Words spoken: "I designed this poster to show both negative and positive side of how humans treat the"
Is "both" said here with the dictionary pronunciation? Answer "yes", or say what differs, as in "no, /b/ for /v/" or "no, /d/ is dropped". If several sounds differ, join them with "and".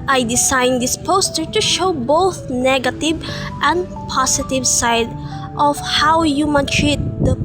yes